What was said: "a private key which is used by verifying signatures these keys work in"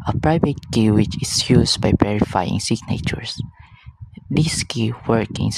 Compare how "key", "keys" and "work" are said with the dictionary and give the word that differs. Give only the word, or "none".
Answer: keys